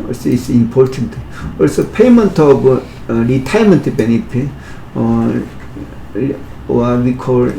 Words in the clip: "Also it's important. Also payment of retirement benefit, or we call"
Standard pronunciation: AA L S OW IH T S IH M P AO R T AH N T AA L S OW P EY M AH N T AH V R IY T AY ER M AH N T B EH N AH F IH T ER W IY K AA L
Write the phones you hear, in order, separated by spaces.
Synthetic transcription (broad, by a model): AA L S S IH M P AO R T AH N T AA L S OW P EY M AH N T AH B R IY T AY M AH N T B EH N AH P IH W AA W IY K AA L